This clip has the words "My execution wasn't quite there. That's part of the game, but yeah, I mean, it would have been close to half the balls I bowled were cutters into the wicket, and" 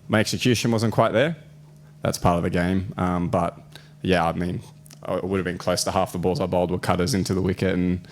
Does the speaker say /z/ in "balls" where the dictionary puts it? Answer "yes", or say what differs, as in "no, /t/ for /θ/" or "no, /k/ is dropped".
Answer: yes